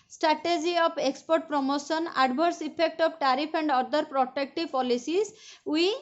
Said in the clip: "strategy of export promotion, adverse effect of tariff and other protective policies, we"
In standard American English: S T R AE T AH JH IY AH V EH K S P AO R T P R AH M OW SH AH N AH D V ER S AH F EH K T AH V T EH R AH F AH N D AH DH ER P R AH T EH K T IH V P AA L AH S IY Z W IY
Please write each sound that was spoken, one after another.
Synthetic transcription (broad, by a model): S T R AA T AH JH IY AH P EH K S P AO R T P R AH M OW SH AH N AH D B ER S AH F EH K T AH B T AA R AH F AH N D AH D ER P R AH T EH K T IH P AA L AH S IY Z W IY